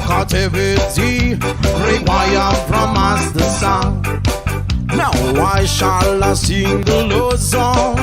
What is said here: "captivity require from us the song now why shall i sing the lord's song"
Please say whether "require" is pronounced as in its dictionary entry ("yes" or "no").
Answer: no